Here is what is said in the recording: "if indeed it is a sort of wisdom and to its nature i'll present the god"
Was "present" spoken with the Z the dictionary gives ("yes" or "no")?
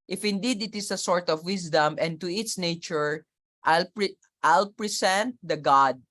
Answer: no